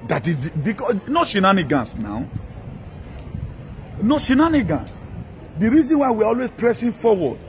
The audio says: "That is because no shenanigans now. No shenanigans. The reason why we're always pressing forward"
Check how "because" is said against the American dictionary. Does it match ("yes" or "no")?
no